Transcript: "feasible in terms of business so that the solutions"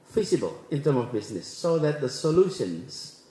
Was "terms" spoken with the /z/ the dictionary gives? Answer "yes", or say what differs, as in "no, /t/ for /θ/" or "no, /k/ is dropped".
no, /z/ is dropped